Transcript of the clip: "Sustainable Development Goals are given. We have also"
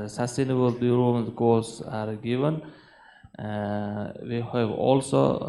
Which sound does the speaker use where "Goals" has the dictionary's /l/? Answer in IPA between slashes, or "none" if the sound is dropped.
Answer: none